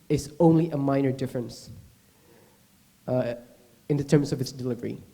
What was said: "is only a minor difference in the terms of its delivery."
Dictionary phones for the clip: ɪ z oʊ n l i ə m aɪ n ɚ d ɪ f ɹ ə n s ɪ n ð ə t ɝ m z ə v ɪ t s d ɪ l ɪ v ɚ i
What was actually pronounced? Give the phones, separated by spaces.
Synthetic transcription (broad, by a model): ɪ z oʊ n l i ə m aɪ n ɚ d ɪ f ɹ ə n s ɪ n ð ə t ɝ m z ə v ɪ t s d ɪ l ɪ v ɚ i